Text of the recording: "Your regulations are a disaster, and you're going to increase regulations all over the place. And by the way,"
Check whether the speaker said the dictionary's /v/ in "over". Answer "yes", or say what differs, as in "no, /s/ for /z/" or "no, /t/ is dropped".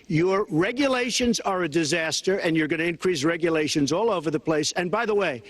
yes